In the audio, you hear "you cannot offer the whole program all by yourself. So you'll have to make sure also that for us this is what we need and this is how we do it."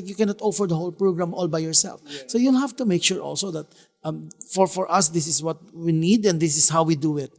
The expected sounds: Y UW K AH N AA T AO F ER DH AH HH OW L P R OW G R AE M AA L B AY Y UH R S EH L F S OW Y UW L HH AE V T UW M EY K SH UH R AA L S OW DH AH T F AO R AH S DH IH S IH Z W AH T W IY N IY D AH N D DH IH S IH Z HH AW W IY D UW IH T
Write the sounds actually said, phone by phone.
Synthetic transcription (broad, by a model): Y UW K AH N AA T AO F ER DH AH HH OW L P R OW G R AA M AA L B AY Y UH R S EH L F S OW Y UW L HH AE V T UW M EY K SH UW R AA L S OW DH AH T F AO R AH S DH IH S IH S W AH T W IY N IY D AH N D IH S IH S HH AW W IY D UW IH T